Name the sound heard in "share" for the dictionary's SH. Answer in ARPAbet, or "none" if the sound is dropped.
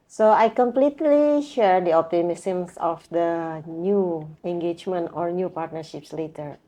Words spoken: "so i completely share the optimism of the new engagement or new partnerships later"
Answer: SH